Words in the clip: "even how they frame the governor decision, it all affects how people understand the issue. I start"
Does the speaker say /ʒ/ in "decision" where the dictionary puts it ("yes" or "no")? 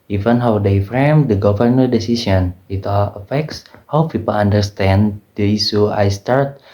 no